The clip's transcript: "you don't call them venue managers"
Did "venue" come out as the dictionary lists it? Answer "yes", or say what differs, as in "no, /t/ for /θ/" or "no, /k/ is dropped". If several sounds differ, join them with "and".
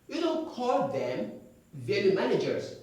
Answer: no, /l/ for /n/